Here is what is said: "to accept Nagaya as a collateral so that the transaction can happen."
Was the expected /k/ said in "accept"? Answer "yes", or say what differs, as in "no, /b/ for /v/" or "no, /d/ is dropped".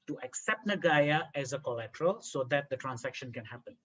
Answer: yes